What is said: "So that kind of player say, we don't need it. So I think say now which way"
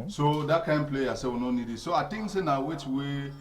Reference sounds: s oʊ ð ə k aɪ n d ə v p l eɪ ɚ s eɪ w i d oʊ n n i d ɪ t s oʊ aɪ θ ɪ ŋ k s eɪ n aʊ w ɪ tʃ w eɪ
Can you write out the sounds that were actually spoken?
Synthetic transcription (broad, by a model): s oʊ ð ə k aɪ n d p l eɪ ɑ s eɪ w i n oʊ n n i d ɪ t s oʊ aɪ t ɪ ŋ s eɪ n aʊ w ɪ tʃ w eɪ